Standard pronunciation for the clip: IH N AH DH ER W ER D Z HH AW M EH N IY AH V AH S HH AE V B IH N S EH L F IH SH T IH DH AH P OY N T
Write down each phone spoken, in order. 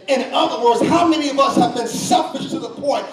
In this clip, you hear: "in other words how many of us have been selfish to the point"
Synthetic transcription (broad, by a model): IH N AH DH ER W ER D Z HH AW M EH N IY AH V AH S HH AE V B IH N S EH F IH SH T IH DH AH P OY N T